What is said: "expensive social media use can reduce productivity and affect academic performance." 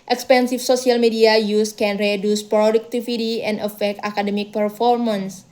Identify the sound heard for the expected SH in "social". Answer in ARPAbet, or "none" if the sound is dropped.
S